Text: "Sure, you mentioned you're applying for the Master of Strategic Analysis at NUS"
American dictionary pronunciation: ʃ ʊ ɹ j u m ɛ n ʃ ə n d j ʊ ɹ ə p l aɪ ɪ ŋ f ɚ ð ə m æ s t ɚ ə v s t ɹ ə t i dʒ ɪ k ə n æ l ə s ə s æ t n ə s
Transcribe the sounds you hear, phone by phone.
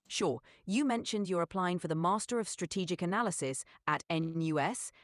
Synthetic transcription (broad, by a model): ʃ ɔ j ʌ m ɛ n ʃ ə n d j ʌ ɹ ə p l aɪ ɪ ŋ f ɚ ð ə m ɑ s t ɚ ə v s t ɹ ə t i dʒ ɪ k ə n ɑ l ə s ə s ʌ t n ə s